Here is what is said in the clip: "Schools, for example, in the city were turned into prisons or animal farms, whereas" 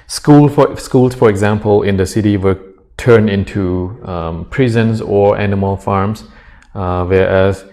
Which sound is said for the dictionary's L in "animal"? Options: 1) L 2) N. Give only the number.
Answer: 1